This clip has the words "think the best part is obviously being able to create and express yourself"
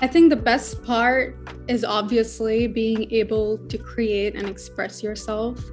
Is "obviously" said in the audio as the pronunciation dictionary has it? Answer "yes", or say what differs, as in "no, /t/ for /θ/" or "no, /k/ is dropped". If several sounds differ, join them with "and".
yes